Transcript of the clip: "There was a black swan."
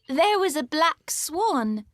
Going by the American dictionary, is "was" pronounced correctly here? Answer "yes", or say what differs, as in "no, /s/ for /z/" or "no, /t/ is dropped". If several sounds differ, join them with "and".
yes